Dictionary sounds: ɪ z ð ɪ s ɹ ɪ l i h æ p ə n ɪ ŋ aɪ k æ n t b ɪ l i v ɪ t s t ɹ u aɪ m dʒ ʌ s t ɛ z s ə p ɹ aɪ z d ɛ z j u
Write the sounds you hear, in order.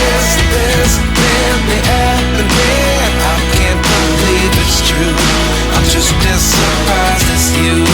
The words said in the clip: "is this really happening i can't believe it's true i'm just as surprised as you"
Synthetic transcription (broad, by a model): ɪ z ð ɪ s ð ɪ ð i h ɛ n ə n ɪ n aɪ k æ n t b ɪ l i v ɪ t s t ɹ u aɪ m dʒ ʌ s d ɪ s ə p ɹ aɪ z ɪ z j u